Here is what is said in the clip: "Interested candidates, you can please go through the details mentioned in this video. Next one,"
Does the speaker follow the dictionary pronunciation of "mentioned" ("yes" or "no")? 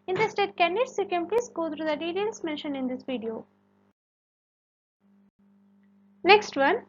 no